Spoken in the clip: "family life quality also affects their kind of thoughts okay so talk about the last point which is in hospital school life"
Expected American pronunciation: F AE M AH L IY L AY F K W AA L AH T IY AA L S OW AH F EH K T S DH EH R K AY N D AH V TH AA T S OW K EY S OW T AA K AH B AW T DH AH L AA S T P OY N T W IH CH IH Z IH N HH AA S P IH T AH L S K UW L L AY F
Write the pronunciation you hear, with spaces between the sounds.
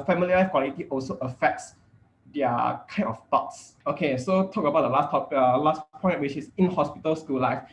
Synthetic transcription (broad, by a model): F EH M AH L IY L AY F K W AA L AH T IY AA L S OW AH F EH K T S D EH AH K AY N AH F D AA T S OW K EY S OW T AA K AH B AW T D AH L AA S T P OY N T W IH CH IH S IH N HH AA S P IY T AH L S K UW L L AY F